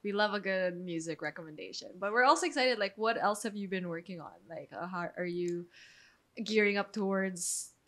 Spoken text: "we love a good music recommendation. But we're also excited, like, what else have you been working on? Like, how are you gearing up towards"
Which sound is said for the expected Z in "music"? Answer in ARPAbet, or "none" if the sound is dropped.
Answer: Z